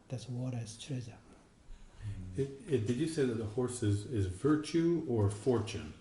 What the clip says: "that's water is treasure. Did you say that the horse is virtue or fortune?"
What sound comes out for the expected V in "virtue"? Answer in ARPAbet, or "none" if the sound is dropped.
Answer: V